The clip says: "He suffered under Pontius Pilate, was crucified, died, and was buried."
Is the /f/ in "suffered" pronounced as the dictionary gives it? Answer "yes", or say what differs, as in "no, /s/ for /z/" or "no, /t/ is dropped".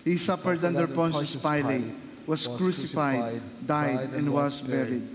no, /p/ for /f/